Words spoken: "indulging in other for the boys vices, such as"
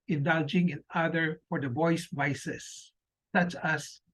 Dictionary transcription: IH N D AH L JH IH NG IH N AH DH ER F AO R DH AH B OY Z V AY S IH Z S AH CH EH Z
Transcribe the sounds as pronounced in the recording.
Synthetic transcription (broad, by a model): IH N D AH L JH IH NG IH N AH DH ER F AO R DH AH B OY S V AY S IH S AH CH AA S